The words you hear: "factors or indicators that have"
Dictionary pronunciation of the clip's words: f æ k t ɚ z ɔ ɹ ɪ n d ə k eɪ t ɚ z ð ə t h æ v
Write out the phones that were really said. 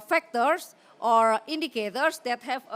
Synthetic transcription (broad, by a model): f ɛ k t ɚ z ɔ ɹ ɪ n d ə k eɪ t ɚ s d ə t h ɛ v